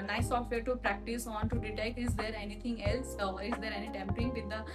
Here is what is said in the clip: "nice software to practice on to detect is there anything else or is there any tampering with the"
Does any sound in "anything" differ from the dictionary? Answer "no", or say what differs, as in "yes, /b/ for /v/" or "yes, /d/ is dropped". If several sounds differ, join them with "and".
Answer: yes, /t/ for /θ/